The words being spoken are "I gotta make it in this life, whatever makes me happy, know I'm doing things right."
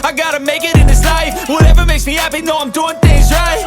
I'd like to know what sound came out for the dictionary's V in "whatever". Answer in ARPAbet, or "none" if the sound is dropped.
V